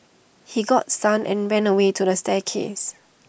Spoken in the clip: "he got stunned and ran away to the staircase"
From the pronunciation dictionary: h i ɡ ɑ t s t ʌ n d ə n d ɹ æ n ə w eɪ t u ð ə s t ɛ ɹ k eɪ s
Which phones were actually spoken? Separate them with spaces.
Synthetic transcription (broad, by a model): h i ɡ ɑ t s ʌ n ə n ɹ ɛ n ə w eɪ t u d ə s t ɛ k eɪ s